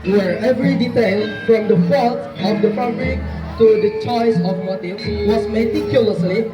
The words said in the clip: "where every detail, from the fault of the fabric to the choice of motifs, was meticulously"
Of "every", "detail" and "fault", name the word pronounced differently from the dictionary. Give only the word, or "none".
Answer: fault